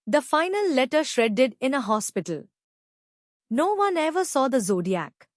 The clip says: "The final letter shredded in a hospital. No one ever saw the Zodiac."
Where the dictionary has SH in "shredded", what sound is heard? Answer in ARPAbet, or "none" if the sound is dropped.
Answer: SH